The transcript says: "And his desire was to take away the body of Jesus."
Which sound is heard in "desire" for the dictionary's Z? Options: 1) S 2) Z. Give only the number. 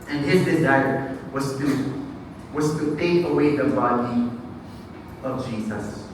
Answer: 2